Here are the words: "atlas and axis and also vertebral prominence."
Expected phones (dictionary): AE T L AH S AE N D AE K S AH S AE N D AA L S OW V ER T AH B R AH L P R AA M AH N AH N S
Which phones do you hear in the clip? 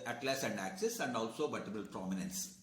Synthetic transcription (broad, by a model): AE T L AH S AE N D AE K S AH S AE N D AA L S OW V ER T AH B AH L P R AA M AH N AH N S